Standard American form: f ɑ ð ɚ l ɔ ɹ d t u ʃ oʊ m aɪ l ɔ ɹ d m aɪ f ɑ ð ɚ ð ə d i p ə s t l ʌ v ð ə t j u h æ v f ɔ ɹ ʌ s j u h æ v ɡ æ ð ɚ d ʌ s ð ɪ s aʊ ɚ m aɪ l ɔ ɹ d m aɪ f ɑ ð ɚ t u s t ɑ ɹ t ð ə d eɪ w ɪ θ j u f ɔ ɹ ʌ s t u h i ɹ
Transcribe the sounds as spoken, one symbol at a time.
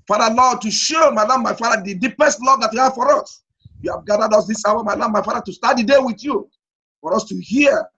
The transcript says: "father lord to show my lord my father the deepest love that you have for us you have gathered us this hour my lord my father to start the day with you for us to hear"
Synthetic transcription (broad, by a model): f ɑ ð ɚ l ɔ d t u ʃ oʊ m aɪ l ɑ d m aɪ f ɑ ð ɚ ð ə d i p ə s t l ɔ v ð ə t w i h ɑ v f ɔ ɹ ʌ s j u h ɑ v ɡ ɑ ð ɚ d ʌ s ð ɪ s aʊ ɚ m aɪ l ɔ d m aɪ f ɑ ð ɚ t u s t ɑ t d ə d eɪ w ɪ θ j u f ɔ ɹ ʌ s t u h i